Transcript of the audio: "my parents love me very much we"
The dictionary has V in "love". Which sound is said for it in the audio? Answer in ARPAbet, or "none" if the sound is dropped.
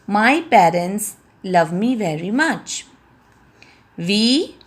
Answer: V